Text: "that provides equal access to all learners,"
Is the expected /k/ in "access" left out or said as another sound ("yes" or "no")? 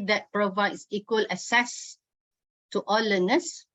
yes